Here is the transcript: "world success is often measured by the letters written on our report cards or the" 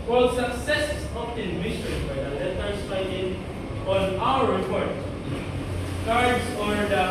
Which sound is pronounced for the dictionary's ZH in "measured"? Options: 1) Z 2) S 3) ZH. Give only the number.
2